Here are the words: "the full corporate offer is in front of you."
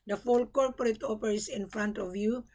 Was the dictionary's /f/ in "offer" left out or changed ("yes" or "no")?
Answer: yes